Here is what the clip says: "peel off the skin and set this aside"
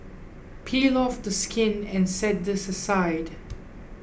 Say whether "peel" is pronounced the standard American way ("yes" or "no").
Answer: yes